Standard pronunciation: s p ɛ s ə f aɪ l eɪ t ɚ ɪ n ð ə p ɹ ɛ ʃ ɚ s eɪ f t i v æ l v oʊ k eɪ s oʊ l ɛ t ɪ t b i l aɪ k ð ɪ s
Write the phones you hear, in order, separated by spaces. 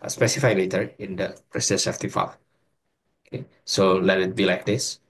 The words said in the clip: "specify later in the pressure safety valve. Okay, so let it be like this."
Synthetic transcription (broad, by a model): s p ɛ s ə f aɪ l eɪ t ɚ ɪ n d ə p ɹ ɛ s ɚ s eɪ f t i f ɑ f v oʊ k eɪ s oʊ l ɛ t ɪ t b i l aɪ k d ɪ s